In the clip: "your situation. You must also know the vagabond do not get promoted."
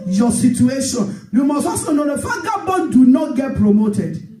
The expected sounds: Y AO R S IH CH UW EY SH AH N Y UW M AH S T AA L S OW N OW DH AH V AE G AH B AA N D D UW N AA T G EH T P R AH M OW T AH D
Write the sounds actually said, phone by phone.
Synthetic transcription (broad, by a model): Y AO S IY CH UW EY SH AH N Y UW M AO S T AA S OW N OW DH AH F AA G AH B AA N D D UW N AA T G EH T P R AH M OW T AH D